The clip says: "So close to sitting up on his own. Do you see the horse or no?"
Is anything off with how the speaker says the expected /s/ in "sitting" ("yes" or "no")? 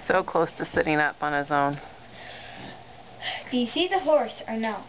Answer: no